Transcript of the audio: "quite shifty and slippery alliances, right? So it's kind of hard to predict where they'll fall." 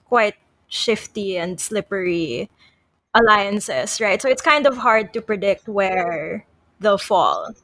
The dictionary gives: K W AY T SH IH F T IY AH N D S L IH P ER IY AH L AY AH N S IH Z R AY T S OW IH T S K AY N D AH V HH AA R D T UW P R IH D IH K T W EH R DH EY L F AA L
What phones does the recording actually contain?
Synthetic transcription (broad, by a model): K W AY T SH IH F T IY AH N D S L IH P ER IY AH L AY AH N S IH S R AY T S OW IH T S K AY N D AH V HH AA R D T UW P R IH D IH K T W EH R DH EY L F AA L